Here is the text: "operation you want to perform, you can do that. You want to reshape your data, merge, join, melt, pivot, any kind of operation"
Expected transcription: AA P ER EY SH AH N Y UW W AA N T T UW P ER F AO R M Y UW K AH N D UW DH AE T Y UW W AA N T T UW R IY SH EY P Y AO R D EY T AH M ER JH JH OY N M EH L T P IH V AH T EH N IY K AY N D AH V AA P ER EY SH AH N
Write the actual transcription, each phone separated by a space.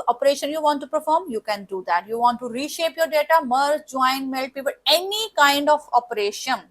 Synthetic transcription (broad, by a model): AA P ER EY SH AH N Y UW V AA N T T UW P ER F AO R M Y UW K AH N D UW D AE T Y UW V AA N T T UW R IY SH EY P Y AO R D EY T AH M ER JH JH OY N M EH L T P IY P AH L EH N IY K AY N D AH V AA P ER EY SH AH N